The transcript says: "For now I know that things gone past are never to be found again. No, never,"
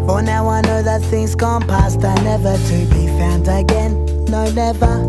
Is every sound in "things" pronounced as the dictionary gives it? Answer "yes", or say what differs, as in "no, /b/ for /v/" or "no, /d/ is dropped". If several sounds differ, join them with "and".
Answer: yes